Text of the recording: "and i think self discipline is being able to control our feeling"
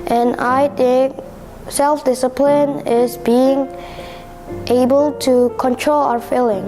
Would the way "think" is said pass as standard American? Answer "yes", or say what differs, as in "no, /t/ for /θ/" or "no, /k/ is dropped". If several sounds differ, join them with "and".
no, /t/ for /θ/ and /ŋ/ is dropped